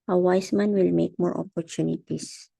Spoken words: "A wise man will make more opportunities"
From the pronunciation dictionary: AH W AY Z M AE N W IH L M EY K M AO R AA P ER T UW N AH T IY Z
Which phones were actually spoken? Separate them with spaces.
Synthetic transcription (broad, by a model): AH W AY S M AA N W IH L M EY K M AO R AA P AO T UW N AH T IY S